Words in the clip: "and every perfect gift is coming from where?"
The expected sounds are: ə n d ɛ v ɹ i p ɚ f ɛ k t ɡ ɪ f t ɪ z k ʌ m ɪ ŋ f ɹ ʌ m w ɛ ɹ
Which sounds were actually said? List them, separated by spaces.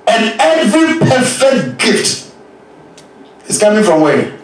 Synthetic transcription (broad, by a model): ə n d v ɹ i p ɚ f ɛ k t ɡ ɪ f t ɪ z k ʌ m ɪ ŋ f ɹ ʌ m w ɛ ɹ